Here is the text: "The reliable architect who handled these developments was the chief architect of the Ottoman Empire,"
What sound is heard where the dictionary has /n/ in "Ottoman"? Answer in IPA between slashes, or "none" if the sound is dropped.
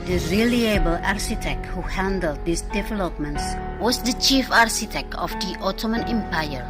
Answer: /n/